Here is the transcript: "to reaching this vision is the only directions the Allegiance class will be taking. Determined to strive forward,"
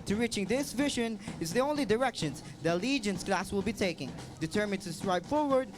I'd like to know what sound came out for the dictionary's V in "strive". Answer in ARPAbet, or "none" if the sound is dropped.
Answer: P